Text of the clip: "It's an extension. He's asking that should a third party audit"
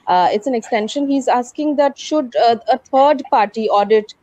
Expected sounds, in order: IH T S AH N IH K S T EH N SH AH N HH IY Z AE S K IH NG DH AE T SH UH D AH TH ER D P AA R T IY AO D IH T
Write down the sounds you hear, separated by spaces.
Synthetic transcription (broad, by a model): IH T S AH N IH K S T EH N SH AH N HH IY Z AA S K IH NG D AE T SH UH D AH T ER D P AA R T IY AO D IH T